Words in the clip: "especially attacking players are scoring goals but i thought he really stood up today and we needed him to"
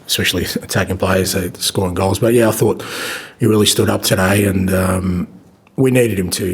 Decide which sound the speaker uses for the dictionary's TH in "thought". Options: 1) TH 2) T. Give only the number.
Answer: 1